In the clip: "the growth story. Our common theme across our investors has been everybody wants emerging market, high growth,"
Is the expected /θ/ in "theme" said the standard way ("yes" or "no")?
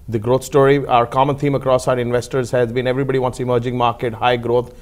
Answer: no